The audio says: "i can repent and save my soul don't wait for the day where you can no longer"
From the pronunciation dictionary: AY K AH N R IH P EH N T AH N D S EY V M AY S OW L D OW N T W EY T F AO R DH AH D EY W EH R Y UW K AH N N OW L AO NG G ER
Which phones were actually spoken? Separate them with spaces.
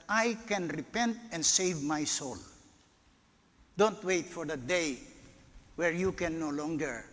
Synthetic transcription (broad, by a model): AY K AH N R IH P EH N T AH N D S EY V M AY S OW L D OW N T W EY T F AO R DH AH D EY W EH R Y UW K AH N N OW L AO NG G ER